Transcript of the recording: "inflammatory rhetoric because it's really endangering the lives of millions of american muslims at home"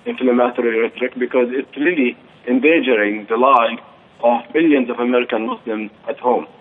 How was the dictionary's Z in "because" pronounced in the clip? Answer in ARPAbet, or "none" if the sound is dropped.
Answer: Z